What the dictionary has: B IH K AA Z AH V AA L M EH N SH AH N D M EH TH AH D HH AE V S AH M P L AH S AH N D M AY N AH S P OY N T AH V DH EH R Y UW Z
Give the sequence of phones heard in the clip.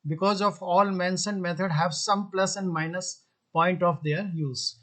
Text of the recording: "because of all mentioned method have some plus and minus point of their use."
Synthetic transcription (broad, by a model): B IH K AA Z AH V AA L M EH N S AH N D M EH T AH D HH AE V S AH M P L AH S AH N D M AY N AH S P OY N T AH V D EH R Y UW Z